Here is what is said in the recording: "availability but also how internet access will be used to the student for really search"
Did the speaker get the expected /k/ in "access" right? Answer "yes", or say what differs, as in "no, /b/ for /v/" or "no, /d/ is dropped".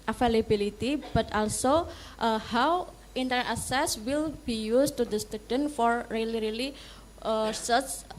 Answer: no, /k/ is dropped